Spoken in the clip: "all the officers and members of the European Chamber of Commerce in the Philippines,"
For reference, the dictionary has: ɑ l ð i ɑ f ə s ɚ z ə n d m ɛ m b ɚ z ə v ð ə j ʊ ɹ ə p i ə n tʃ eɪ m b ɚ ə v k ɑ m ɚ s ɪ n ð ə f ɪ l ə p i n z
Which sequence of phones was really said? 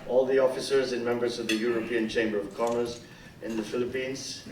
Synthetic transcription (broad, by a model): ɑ l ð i ɑ f ə s ɚ z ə n m ɛ m b ɚ z ə v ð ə j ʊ ɹ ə p i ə n tʃ eɪ m b ɚ ə v k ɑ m ɚ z ɪ n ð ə f ɪ l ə p i n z